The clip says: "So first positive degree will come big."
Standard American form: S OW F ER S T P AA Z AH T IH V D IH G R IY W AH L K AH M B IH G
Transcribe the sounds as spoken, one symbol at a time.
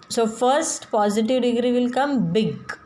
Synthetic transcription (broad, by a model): S OW F ER S T P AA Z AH T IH V D IH G R IY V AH L K AH M B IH G